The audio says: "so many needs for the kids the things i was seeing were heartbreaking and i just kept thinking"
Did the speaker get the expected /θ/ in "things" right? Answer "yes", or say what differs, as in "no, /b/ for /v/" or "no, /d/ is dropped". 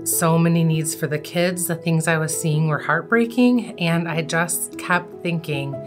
yes